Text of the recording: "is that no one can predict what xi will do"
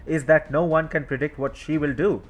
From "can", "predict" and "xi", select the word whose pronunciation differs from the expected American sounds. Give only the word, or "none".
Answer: none